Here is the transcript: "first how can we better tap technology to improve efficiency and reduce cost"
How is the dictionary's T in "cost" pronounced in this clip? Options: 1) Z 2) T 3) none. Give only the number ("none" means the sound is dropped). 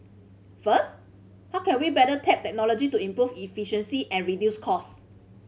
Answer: 3